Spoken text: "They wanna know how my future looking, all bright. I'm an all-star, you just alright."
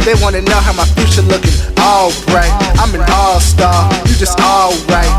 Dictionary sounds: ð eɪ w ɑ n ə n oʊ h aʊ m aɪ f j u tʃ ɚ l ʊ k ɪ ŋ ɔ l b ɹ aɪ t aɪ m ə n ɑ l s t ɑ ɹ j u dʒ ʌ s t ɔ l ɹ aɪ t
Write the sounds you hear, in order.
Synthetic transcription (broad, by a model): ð eɪ w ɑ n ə n oʊ h aʊ m aɪ f j u tʃ ɚ l ʊ k ɪ ŋ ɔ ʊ b ɹ aɪ t aɪ m ə n ɑ l s t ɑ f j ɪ dʒ ʌ s t ɔ l ɹ aɪ t